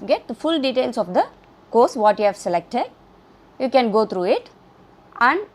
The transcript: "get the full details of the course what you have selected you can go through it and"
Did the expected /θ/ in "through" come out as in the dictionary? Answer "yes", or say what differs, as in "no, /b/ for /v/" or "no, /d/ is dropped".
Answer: no, /t/ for /θ/